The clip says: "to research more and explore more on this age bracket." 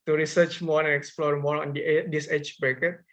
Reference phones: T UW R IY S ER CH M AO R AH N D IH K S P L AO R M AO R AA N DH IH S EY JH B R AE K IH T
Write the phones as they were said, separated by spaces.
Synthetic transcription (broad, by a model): T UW R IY S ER CH M AO R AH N IH K S P L AO R M AO R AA N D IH S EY CH B R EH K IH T